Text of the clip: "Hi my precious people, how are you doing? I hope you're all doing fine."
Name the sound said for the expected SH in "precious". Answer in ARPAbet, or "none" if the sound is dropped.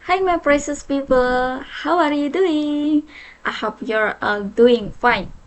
S